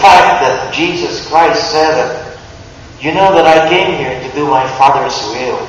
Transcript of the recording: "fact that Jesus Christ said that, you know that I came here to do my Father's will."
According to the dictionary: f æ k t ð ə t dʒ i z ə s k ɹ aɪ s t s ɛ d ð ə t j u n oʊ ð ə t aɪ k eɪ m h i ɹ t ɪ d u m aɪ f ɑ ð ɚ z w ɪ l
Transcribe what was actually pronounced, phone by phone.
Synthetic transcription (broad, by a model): f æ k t ð ə t dʒ i z ə s k ɹ aɪ s t s ɛ d ð ə t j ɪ n oʊ ð ə t aɪ k eɪ m h i ɹ t ɪ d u m aɪ f ɑ ð ɚ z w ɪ l